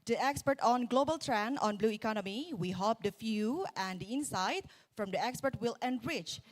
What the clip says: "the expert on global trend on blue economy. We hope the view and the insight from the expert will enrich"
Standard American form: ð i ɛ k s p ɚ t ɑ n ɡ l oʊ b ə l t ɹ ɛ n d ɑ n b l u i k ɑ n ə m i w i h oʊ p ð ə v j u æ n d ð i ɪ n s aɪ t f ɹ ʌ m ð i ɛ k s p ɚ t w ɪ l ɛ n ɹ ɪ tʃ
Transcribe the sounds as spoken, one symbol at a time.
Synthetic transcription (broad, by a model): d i ɛ k s p ɚ t ɑ n ɡ l oʊ b ə l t ɹ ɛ n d ɑ n b l u i k ɑ n ə m i w i h oʊ p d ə f j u æ n d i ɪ n s aɪ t f ɹ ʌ m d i ɛ k s p ɚ t w ɪ l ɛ n ɹ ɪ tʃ